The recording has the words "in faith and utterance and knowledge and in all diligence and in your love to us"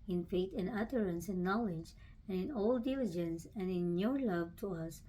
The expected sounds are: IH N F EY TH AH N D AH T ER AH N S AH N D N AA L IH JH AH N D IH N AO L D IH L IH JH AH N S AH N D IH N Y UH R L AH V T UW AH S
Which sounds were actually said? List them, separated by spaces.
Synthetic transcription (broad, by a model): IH N F EY T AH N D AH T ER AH N S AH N N AA L IH JH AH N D IH N AO L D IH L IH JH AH N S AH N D IH N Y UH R L AH V T UW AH S